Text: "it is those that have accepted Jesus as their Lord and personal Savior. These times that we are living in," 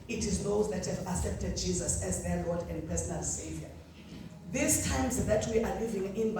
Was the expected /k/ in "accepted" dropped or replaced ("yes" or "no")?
yes